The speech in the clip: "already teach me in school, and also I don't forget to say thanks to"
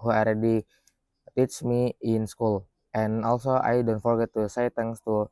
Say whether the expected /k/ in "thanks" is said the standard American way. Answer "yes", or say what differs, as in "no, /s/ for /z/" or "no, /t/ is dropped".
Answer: no, /k/ is dropped